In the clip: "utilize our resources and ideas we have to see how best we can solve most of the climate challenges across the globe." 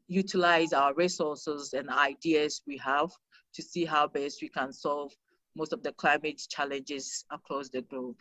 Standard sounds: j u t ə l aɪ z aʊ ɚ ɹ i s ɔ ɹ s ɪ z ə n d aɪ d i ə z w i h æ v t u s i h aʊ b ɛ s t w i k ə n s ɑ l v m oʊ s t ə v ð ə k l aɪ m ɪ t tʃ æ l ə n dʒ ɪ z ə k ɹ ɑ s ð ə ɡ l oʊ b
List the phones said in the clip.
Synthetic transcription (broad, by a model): j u t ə l aɪ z aʊ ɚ ɹ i s ɔ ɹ s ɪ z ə n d aɪ d i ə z w i h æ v t u s i h aʊ b ɛ s t w i k ə n s ɑ l v m oʊ s t ə v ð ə k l aɪ m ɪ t tʃ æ l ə n dʒ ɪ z ə k ɹ ɑ s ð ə ɡ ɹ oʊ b